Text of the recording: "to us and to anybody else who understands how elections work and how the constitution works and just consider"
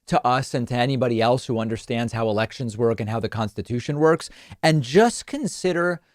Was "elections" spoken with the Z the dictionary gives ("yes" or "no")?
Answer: yes